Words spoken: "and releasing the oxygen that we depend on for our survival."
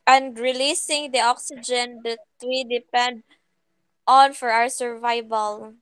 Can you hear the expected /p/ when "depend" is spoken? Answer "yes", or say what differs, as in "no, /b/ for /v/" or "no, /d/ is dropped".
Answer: yes